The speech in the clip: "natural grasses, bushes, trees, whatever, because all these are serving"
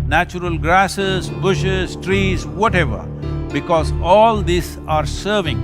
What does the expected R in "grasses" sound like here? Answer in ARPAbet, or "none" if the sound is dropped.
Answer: R